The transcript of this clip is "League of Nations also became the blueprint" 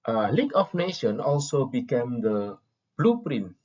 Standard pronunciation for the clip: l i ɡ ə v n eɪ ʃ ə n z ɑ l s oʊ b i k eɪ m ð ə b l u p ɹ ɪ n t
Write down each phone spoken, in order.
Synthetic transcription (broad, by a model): l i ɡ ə f n eɪ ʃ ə n ɑ l s oʊ b i k eɪ m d ə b l u p ɹ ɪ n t